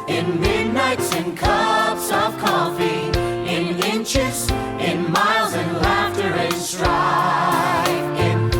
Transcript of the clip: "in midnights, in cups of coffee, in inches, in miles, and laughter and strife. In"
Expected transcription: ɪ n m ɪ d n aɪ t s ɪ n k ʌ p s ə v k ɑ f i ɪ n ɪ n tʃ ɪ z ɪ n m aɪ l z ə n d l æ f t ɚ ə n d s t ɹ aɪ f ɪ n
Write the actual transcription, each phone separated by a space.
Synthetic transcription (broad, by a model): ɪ n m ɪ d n aɪ t s ɪ n k ʌ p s ə v k ɑ f i ɪ n ɪ n tʃ ɪ z ɪ n m aɪ l z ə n l æ f t ɚ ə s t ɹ aɪ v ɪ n